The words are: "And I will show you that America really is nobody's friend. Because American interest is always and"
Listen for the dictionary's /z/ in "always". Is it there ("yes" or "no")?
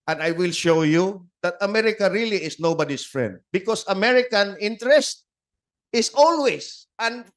no